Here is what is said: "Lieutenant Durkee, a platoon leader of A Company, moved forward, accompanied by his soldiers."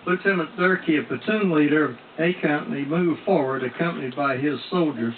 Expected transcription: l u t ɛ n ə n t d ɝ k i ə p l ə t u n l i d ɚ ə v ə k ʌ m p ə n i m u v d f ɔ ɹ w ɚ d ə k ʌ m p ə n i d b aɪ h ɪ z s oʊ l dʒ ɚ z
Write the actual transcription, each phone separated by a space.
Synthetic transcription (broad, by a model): l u t ɛ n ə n d ɝ k i ə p ə t u n l i d ɚ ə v ə k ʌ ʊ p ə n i m u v f ɔ ɹ w ɚ d ə k ʌ m p ə n i d b aɪ ɪ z s oʊ l dʒ ɚ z